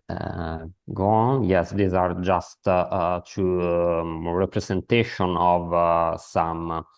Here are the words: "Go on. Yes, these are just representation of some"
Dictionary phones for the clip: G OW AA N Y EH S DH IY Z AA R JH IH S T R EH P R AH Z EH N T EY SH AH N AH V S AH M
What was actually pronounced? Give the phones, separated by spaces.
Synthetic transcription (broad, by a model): G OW AA N Y EH S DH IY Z AA R JH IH S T R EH P R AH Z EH N T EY SH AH N AH V S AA M